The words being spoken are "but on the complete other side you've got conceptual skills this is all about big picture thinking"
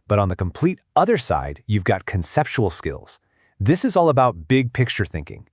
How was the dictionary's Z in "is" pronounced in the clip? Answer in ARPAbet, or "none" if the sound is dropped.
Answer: Z